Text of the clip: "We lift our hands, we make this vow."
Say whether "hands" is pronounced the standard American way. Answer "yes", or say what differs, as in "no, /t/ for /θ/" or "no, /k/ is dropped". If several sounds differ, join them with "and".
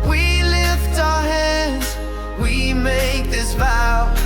no, /n/ is dropped